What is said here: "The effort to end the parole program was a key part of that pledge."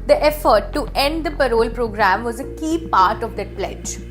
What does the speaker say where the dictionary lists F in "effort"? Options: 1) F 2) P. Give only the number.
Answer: 1